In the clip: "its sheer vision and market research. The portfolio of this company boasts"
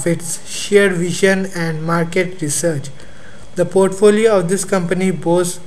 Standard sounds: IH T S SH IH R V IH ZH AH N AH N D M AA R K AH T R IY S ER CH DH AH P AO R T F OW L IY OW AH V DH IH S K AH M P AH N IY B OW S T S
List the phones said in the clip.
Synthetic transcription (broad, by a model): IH T S SH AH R V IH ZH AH N AH N D M AA R K AH T R IY S ER CH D AH P AO R T F OW L IY OW AH V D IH S K AH M P AH N IY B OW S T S